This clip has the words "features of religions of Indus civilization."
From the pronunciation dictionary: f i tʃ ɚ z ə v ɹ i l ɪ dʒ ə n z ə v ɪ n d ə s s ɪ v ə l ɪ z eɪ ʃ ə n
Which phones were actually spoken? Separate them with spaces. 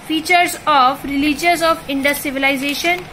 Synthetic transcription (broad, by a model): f i tʃ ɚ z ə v ɹ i l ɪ dʒ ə z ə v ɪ n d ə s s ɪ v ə l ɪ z eɪ ʃ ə n